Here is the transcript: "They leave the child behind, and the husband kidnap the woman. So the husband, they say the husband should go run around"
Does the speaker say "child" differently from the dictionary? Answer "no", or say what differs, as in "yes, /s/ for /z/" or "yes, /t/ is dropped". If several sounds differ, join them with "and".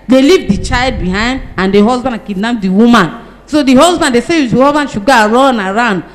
no